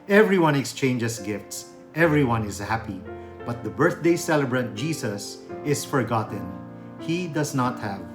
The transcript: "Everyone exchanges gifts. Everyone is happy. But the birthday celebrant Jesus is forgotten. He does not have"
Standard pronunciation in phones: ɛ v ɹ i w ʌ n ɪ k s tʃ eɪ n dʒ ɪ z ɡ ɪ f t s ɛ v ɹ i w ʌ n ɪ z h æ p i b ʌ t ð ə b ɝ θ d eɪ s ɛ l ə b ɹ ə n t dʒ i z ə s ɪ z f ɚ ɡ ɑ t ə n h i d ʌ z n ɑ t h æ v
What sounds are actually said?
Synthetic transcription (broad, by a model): ɛ v ɹ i w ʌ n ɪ k s tʃ eɪ n dʒ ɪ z ɡ ɪ f t s ɛ v ɹ i w ʌ n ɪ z h æ p i b ʌ t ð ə b ɝ θ d eɪ s ɛ l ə b ɹ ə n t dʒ i s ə s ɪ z f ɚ ɡ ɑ t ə n h i d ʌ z n ɑ t h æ v